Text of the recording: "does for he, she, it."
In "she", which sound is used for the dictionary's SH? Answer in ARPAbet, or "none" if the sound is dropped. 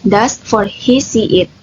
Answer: S